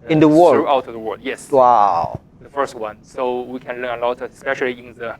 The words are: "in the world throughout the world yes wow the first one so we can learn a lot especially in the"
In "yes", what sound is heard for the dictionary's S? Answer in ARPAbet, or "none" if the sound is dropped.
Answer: S